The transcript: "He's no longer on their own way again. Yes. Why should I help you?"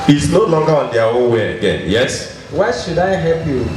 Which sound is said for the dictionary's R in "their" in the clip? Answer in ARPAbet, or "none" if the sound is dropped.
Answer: W